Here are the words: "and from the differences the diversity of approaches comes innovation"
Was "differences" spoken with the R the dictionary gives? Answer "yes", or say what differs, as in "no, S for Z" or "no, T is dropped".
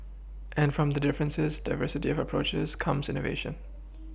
yes